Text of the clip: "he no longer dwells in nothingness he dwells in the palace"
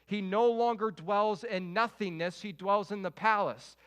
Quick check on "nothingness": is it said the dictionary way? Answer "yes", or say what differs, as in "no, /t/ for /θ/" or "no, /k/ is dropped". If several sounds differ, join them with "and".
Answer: yes